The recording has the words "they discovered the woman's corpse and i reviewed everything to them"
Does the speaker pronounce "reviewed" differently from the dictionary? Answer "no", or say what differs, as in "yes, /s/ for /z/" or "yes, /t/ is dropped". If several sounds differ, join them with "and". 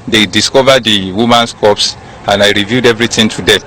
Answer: no